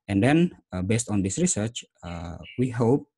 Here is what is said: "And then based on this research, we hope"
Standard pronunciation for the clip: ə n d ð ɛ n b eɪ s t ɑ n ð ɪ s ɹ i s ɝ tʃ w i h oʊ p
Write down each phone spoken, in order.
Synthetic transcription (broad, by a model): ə n d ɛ n b eɪ s t ɑ n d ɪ s ɹ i s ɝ tʃ w i h oʊ p